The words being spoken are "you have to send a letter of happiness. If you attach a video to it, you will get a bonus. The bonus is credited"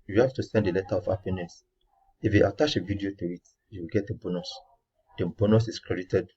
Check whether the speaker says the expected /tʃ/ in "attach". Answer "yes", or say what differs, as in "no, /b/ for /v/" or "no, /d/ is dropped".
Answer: no, /ʃ/ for /tʃ/